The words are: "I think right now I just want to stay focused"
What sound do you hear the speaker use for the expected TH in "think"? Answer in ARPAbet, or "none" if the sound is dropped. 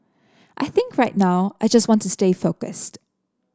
TH